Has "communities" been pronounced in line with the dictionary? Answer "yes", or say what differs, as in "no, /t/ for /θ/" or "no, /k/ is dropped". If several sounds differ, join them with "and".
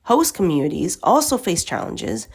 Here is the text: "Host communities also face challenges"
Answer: yes